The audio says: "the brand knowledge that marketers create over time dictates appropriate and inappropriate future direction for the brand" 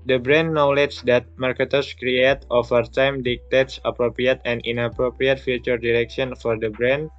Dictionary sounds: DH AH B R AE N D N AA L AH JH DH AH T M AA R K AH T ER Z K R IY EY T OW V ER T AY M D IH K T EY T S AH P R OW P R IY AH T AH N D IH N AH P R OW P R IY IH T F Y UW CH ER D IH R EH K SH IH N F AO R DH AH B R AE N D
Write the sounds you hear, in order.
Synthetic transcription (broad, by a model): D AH B R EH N N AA L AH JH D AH T M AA R K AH T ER S K R IY EY T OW F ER T AY M D IH K T EY T S AH P R OW P R IY AH T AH N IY N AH P R OW P R IY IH T F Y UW CH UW D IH R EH K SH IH N F AO R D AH B R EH N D